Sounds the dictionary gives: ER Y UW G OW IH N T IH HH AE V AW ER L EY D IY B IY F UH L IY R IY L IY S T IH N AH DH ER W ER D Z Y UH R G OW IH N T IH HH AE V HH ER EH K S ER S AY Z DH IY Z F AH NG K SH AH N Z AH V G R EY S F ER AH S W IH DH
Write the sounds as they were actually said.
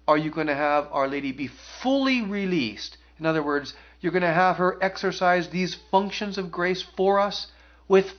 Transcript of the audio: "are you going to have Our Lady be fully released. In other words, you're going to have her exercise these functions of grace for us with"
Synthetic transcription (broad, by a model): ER Y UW G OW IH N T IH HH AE V AW ER L EY D IY B IY F UH L IY R IY L IY S T IH N AH DH ER W ER D Z Y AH R G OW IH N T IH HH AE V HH ER EH K S ER S AY Z DH IY Z F AH NG K SH AH N Z AH V G R EY S F ER AH S W IH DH